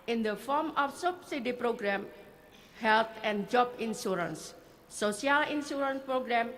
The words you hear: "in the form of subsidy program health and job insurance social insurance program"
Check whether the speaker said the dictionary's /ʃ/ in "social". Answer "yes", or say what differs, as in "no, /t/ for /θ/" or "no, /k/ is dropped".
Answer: no, /ʃ/ is dropped